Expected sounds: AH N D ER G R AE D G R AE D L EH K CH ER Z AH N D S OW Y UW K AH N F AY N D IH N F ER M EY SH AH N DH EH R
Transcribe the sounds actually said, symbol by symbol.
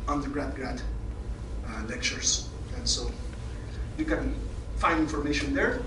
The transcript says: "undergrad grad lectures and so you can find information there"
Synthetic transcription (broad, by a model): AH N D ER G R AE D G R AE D L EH K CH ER S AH N S OW Y UW K AH N F AY N D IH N F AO M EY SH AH N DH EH R